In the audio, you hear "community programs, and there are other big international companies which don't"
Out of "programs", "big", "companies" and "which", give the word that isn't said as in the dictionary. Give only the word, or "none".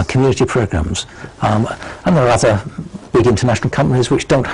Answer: none